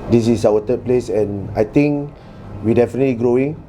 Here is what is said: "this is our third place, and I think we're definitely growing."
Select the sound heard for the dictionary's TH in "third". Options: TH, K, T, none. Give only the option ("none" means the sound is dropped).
T